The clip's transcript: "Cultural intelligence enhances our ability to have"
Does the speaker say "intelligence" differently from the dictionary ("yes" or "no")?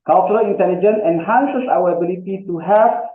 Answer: yes